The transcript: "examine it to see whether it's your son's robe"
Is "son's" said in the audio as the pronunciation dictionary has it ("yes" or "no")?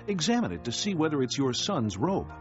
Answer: yes